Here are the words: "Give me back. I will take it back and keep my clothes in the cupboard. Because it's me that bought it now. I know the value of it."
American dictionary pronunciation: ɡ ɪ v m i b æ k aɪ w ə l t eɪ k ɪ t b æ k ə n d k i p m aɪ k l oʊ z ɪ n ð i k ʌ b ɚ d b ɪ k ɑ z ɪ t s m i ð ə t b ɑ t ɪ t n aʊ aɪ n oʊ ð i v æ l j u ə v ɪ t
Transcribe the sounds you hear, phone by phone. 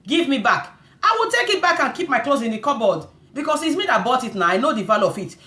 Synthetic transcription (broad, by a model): ɡ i v m i b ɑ k aɪ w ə t eɪ k ɪ t b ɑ k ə n k i p m aɪ k l oʊ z ɪ n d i k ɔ b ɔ d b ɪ k ɑ s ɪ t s m i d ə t b ɑ t ɪ t n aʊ aɪ n oʊ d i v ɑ l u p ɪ t